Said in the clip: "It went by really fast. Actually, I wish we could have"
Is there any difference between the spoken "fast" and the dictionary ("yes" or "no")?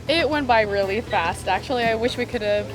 no